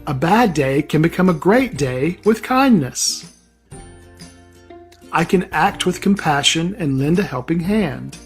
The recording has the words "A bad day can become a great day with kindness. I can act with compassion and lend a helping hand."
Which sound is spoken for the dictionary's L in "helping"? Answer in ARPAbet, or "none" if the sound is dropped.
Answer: L